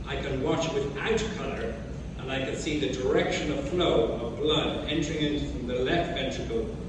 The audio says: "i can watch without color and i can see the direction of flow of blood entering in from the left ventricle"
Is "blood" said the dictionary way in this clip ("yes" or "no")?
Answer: yes